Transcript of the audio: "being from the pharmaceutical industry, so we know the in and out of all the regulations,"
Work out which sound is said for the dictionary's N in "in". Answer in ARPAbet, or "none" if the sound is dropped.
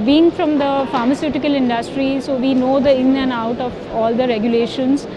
L